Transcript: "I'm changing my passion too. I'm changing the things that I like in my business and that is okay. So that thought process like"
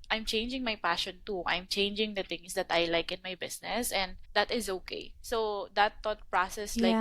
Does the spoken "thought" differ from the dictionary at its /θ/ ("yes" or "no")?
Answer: yes